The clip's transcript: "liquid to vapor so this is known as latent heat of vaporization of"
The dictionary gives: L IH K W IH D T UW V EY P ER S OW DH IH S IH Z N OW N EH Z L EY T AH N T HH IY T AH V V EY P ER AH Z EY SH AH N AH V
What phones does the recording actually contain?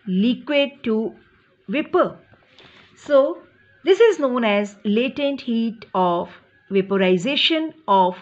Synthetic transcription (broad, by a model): L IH K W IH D T UW V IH P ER S OW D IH S IH Z N OW N EH Z L EY T AH N T HH IY T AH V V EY P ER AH Z EY SH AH N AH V